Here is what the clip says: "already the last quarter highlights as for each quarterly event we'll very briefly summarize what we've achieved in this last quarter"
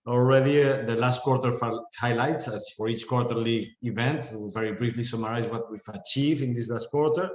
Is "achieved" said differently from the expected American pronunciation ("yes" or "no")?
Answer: yes